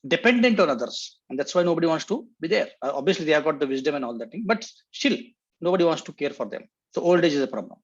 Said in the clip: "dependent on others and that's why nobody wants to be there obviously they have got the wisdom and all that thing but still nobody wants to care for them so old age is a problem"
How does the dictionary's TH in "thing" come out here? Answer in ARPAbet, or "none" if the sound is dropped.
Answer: T